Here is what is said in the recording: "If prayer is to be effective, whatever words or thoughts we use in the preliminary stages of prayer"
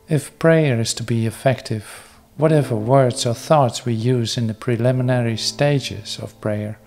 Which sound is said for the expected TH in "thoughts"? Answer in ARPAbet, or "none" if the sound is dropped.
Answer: TH